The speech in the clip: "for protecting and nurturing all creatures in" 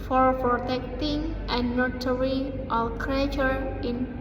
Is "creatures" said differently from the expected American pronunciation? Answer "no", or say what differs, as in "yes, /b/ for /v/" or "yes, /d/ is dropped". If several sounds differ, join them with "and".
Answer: yes, /z/ is dropped